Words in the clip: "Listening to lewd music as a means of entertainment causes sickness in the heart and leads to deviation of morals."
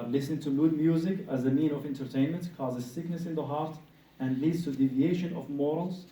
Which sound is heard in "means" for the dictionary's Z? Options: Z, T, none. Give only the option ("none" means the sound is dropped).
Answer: none